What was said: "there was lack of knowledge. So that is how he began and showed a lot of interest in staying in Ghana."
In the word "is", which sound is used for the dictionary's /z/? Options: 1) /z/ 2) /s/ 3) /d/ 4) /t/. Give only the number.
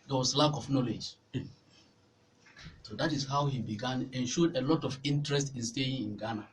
2